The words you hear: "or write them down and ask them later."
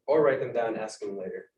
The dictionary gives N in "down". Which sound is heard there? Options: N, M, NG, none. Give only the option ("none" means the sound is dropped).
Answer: none